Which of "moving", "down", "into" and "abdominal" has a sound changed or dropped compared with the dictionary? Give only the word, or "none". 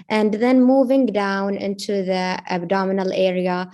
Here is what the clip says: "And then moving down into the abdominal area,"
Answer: none